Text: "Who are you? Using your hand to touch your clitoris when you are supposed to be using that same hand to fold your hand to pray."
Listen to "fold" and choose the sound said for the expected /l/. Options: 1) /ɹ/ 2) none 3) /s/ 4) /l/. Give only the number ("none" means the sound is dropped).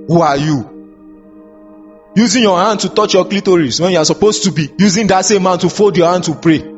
2